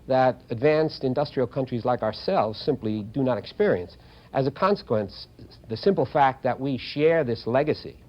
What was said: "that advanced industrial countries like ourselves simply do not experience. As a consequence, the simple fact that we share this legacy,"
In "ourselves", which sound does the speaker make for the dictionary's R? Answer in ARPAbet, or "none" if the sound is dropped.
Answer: R